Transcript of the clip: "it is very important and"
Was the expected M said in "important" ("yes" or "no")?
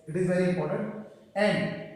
no